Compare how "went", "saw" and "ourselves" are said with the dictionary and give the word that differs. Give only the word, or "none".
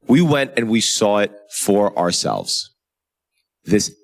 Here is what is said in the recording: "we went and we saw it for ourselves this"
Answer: none